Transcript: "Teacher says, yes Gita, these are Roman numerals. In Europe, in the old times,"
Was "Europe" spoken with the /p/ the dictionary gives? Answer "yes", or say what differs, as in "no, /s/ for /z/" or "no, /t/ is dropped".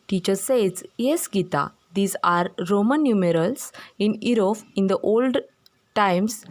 no, /f/ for /p/